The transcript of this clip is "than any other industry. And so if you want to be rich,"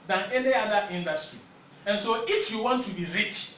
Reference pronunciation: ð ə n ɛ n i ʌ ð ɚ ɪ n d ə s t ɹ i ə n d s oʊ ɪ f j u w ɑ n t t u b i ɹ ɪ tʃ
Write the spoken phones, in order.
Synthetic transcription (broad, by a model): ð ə n ɛ n i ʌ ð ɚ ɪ n d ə s t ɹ i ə n s oʊ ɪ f j u w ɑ n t t u b i ɹ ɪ tʃ